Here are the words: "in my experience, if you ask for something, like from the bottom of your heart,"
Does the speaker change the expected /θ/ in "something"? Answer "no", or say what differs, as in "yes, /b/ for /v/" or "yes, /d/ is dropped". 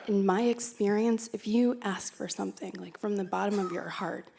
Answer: no